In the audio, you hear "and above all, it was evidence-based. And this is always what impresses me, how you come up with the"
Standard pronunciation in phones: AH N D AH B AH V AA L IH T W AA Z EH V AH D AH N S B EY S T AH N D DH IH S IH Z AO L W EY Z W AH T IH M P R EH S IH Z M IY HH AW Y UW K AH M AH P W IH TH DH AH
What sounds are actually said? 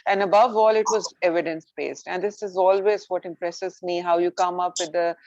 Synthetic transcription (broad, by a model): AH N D AH B AH V AA L IH T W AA Z EH V AH D AH N S B EY S T AH N D IH S IH Z AO L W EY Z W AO T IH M P R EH S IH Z M IY HH AW Y UW K AH M AH P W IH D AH